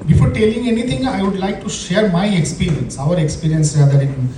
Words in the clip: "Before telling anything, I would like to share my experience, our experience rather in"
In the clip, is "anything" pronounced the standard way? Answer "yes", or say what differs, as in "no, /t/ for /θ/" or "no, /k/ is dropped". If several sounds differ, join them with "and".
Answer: no, /t/ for /θ/